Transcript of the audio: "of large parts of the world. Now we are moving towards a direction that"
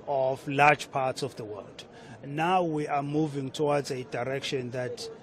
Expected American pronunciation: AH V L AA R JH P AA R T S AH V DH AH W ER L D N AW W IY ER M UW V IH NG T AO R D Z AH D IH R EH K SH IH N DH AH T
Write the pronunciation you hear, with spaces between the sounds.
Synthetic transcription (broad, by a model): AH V L AA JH P AA T S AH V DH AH W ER L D N AW W IY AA M UW V IH NG T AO W D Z AH D IH R EH K SH IH N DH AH T